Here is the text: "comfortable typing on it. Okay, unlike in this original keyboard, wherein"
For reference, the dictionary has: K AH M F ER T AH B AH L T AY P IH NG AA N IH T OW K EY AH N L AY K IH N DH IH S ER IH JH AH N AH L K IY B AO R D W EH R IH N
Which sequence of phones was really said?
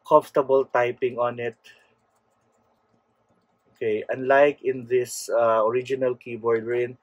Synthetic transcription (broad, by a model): K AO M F T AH B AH L T AY P IH NG AA N IH T OW K EY AH N L AY K IH N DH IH S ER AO JH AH N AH L K IY B AO R D R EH N